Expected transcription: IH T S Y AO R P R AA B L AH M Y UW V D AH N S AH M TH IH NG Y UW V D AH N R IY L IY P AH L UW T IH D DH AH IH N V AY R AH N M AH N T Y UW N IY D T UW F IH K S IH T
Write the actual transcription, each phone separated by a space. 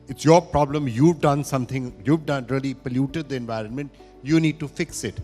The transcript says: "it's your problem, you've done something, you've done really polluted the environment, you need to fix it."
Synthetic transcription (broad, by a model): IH T S Y AO R P R AA B L AH M Y UW V D AH N S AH M T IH NG Y UW V D AH N R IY L IY P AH L UW T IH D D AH IH N V AY R AH N M AH N T Y UW N IY D T UW F IH K S IH T